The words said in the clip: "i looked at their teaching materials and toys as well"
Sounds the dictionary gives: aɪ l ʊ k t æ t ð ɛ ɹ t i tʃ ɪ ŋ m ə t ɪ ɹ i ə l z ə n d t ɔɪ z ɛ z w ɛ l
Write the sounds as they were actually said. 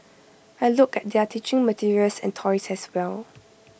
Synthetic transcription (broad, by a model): aɪ l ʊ k ɛ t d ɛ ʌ t i tʃ ɪ ŋ m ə t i ɹ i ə l s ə n t ɔɪ s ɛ s w ɛ l